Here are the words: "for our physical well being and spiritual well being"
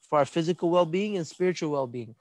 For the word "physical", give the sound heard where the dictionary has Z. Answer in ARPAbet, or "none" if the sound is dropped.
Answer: Z